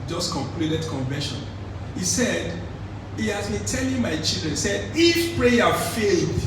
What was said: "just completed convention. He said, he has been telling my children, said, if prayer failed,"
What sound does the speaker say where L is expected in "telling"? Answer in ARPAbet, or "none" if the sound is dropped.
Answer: N